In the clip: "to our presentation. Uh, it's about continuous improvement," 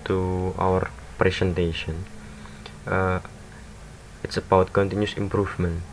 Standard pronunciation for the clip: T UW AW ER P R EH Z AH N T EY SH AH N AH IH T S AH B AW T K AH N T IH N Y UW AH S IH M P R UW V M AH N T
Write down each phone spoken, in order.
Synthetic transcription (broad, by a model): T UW AW ER P R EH S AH N T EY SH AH N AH IH T S AH B AW T K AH N T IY N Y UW S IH M P R UW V M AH N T